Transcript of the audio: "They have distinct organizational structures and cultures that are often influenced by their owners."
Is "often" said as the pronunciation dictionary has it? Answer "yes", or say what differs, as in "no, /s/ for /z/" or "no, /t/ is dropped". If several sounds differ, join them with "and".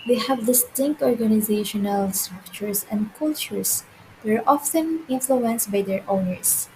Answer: yes